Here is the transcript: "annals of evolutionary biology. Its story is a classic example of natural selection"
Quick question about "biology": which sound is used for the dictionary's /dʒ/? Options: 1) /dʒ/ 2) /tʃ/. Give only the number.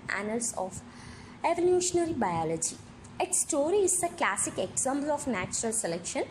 1